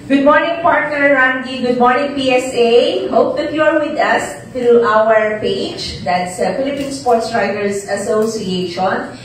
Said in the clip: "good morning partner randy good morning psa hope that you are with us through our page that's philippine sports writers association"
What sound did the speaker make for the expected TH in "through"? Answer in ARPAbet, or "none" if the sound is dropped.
T